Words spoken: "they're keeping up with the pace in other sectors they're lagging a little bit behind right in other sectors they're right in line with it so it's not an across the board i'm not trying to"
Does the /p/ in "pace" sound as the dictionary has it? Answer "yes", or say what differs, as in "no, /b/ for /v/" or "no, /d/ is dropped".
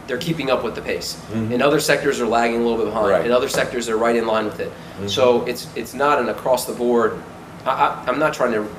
yes